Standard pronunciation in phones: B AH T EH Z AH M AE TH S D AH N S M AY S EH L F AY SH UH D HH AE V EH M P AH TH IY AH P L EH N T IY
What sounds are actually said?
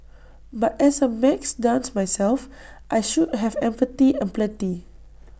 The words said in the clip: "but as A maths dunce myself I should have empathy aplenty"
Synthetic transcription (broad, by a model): B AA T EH S AH M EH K S D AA N S M AY S EH L F AY SH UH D HH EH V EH M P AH T IY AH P L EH T IY